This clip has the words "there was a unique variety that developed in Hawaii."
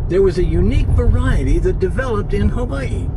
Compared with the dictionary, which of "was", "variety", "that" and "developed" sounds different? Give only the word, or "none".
none